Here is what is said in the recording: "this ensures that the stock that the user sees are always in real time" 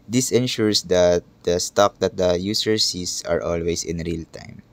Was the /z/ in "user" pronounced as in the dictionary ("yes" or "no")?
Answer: no